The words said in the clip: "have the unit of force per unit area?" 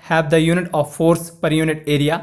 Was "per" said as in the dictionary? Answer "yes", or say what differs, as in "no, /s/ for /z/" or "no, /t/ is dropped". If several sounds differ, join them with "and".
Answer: yes